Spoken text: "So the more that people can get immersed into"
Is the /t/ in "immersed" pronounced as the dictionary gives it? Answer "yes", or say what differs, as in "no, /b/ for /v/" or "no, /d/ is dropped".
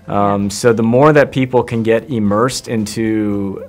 yes